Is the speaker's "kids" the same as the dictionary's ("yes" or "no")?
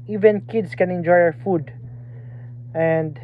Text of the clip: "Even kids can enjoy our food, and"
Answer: no